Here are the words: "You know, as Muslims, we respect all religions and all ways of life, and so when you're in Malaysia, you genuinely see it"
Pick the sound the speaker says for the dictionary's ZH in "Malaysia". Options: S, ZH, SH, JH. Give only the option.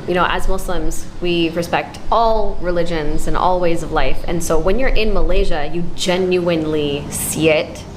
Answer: ZH